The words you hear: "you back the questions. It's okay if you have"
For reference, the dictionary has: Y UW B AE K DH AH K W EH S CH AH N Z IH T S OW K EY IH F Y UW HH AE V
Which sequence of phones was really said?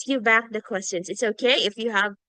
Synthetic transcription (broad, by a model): Y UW B AE K DH AH K W EH S CH AH N Z IH T S OW K EY IH F Y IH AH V